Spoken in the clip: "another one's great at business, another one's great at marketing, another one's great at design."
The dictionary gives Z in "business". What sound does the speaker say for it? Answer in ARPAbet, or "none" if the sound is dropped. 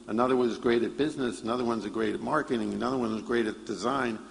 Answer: Z